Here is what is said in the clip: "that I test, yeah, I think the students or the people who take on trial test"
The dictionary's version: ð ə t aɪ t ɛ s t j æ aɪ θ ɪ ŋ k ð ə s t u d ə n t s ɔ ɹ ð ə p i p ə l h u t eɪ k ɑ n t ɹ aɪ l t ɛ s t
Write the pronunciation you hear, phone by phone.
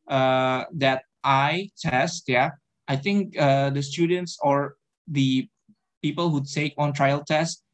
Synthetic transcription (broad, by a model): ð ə t aɪ t ɛ s t j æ aɪ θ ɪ ŋ k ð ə s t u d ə n t s ɔ ɹ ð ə p i p ə l h u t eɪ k ɑ n t ɹ aɪ l t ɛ s t